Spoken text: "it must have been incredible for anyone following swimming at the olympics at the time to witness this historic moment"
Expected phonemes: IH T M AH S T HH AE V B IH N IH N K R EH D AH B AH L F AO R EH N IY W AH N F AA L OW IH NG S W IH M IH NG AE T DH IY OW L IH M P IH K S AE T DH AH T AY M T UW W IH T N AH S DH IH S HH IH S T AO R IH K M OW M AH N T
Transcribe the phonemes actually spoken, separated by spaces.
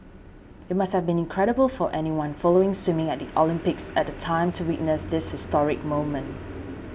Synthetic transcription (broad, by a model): IH T M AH S T HH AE V B IH N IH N K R EH D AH B AH L F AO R EH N IY W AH N F AA L OW IH NG S W IH M IH NG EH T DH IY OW L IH M P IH K S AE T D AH T AY M T UW W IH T N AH S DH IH S HH IH S T AO R IH K M OW M AH N T